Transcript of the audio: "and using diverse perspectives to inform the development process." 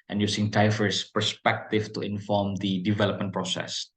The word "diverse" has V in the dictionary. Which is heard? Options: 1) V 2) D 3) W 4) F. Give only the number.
4